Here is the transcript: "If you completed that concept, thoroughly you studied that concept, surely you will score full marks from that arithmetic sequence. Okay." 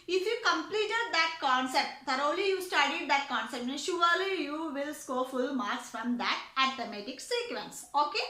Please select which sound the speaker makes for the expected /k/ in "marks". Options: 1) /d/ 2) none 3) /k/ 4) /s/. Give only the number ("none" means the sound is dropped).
2